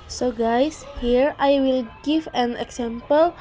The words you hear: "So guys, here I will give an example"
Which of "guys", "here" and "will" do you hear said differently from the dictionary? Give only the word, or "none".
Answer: guys